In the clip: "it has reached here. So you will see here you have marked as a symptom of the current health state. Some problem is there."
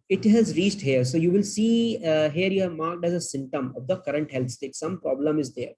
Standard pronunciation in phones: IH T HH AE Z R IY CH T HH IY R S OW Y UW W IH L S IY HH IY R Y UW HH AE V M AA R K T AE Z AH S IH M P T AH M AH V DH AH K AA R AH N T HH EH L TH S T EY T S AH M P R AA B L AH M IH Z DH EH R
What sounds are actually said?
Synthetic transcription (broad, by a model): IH T HH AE Z R IY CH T HH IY R S OW Y UW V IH L S IY HH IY R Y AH M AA R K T AE Z AH S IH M T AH M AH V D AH K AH R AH N T HH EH L T S T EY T S AH M P R AA B L AH M IH Z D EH R